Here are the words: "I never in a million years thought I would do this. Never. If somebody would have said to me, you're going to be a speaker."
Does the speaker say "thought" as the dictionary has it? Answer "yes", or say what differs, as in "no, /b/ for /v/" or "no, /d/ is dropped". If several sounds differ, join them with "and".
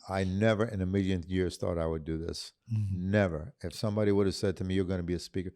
yes